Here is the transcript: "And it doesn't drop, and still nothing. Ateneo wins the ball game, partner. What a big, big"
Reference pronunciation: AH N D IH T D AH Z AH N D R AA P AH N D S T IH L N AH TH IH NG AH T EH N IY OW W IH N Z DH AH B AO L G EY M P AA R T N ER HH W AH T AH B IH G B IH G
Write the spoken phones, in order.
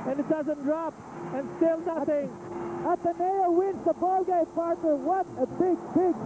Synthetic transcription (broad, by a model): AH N IH T D AH Z AH N D R AA P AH N S T IH L N AH TH IH NG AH T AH N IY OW W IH N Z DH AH B AO L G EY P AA R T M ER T W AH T AH B IH G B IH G